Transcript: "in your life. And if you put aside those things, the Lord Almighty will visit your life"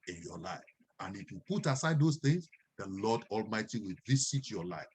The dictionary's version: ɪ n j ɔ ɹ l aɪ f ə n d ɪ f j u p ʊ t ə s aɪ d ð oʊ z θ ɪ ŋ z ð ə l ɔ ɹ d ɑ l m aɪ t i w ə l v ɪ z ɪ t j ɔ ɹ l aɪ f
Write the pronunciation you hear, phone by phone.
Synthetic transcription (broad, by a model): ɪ n j ɔ l aɪ f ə n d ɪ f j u p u t ə s aɪ d oʊ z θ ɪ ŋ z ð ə l ɔ d ɑ l m aɪ t i w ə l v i s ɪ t j ɔ l aɪ f